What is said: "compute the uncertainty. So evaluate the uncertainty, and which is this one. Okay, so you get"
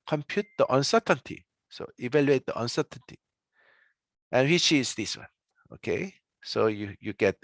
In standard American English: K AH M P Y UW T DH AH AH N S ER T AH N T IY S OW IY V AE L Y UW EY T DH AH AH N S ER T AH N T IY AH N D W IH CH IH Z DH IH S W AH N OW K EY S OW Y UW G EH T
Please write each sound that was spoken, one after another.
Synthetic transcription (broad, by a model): K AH M P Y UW T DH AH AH N S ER T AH N T IY S OW IY V AE L Y UW EY T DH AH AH N S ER T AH N T IY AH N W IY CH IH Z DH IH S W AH N OW K EY S OW Y UW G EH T